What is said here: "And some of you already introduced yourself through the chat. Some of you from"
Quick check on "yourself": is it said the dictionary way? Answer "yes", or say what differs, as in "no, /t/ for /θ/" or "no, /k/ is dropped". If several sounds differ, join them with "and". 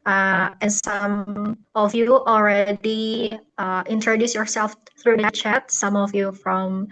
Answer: yes